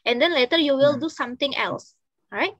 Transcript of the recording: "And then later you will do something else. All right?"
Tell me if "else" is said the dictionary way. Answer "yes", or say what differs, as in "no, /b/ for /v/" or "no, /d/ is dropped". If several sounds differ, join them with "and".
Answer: yes